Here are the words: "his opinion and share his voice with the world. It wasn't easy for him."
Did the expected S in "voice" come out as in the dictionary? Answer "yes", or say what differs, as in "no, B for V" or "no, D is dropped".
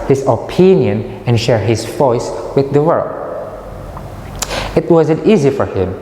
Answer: yes